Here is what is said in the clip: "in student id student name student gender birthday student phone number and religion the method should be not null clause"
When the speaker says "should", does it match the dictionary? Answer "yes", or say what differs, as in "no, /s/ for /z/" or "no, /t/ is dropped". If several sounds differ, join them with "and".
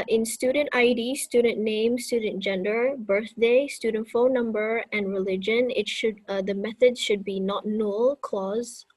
yes